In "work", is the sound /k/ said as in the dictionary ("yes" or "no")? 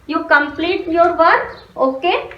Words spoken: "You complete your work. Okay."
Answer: no